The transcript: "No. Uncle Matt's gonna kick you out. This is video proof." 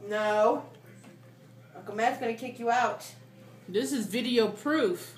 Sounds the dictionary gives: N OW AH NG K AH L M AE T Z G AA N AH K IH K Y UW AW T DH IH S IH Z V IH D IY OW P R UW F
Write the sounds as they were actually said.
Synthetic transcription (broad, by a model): N OW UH K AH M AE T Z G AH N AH K IH K Y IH AW T DH IH S IH Z V IH D IY OW P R UW F